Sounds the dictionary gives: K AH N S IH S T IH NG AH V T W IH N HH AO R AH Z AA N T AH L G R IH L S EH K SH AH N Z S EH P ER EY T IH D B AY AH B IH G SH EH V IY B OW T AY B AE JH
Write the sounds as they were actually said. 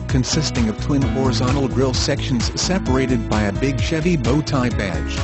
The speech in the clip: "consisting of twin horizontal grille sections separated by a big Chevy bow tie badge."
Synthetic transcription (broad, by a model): K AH N S IH S T IH NG AH V T W IH N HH AO R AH Z AA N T L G R IH L S EH K SH AH N Z S EH P ER EY T IH D B AY AH B IH G SH EH V IY B OW T AY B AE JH